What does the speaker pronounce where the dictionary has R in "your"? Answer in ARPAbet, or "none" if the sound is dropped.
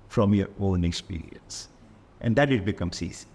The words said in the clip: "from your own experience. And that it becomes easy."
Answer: L